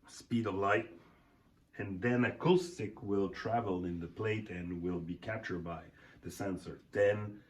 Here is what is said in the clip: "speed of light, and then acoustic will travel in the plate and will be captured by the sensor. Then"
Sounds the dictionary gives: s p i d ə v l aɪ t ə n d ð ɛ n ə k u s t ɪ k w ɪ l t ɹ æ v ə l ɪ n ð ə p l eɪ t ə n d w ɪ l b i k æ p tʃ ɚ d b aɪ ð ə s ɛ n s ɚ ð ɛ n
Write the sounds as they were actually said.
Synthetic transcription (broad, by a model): s p i d ə v l aɪ t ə n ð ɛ n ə k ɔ s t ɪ k w ɪ l t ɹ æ v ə l ɪ n ð ə p l eɪ t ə n w ɪ l b i k æ p tʃ ɚ d b aɪ ð ə s ɛ n s ɚ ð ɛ n